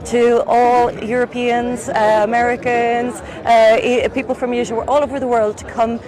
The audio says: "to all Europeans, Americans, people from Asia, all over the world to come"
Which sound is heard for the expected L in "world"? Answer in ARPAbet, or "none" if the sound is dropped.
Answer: L